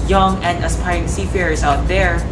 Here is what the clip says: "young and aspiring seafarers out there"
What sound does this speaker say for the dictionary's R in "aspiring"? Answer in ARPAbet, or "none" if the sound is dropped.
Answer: none